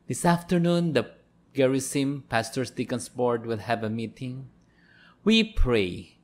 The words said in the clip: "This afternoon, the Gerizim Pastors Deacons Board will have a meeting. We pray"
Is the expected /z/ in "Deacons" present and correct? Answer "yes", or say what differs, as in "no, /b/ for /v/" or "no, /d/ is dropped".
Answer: no, /s/ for /z/